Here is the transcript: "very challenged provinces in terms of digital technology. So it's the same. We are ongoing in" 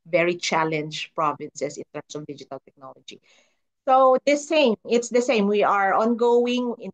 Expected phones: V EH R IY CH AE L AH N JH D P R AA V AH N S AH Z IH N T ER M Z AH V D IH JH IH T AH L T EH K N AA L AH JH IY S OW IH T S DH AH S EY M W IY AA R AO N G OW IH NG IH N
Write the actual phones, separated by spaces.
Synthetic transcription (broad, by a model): V EH R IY CH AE L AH N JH P R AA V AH N S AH S IH N T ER M S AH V D IH JH IH T AH L T EH K N AA L AH JH IY S OW IH T S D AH S EY M W IY AA R AO N G OW IH NG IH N